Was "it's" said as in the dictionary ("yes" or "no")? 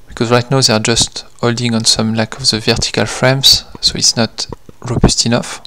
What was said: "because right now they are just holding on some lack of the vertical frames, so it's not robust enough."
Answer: yes